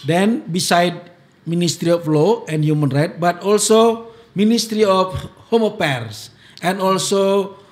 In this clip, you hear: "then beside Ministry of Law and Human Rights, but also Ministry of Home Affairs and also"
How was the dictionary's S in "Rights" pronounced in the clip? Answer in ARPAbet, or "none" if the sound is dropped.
none